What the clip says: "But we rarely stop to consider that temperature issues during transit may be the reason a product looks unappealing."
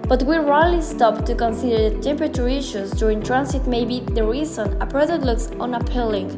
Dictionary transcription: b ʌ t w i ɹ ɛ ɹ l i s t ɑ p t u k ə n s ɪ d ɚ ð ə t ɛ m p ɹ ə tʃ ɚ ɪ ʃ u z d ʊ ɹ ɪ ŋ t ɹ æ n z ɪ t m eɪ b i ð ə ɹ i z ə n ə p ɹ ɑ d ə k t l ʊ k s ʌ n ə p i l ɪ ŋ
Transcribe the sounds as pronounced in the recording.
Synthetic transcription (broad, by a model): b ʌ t w i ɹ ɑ l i s t ɑ p t u k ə n s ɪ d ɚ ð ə t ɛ m p ɹ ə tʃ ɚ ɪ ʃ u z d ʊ ɹ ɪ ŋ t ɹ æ n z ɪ t m eɪ b i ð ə ɹ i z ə n ə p ɹ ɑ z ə t l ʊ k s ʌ n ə p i l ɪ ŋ